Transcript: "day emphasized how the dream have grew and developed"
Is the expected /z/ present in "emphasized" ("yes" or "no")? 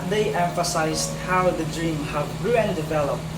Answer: yes